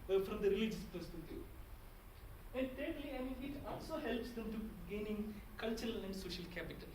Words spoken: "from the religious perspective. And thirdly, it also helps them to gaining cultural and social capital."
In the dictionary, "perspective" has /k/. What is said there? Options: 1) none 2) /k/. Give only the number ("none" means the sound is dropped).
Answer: 1